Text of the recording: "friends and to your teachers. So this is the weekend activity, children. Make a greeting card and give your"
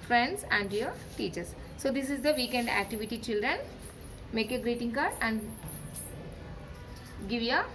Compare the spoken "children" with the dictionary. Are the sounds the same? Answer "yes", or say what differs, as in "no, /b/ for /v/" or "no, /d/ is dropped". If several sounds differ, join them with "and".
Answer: yes